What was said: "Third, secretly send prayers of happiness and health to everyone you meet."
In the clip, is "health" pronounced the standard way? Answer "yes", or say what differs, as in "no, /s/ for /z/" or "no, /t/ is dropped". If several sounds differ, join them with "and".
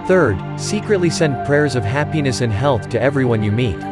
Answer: yes